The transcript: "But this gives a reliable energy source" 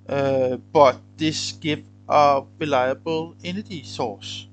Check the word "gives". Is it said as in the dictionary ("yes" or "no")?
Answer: no